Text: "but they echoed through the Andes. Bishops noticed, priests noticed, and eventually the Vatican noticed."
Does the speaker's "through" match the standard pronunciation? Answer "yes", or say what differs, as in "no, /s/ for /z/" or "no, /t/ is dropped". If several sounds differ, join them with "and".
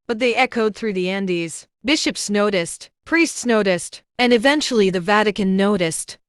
yes